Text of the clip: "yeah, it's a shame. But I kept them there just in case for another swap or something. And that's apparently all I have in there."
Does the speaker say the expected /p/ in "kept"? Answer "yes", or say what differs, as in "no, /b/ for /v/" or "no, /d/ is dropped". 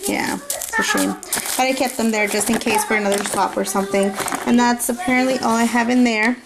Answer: yes